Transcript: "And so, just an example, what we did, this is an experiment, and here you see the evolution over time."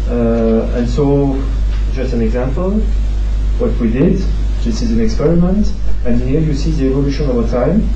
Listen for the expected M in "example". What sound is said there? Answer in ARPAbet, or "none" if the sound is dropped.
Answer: M